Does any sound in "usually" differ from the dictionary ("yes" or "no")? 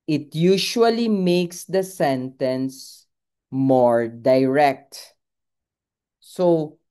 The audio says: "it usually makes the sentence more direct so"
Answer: yes